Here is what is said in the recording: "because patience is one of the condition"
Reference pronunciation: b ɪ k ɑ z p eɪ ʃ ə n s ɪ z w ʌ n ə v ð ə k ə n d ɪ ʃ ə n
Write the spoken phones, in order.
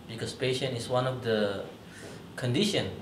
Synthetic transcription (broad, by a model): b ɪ k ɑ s p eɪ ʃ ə n ɪ s w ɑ n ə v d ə k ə n d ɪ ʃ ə n